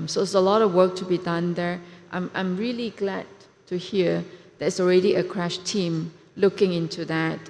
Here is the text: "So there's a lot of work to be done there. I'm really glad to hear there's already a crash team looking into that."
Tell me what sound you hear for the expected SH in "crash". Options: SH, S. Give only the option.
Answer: SH